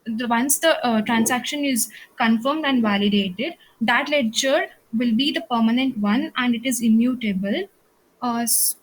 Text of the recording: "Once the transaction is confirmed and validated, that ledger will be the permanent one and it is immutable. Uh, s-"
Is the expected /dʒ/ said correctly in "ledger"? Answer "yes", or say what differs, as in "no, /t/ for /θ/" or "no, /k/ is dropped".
no, /tʃ/ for /dʒ/